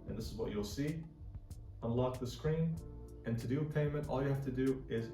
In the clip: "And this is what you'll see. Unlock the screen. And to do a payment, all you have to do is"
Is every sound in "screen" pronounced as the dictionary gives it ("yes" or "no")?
yes